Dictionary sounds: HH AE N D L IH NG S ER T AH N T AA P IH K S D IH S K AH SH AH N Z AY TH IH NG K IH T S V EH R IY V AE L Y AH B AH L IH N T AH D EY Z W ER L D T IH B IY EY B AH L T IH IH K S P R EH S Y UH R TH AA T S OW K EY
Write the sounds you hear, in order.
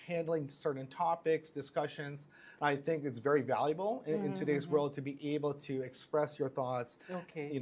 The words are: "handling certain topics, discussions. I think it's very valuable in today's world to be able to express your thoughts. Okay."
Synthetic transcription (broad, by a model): HH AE N D L IH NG S ER T N T AA P IH K S D IH S K AH SH AH N Z AY TH IH NG K IH T S V EH R IY V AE L Y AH B L IH N T AH D EY Z W ER L D T IH B IY EY B L T IH IH K S P R EH S Y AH R TH AA T S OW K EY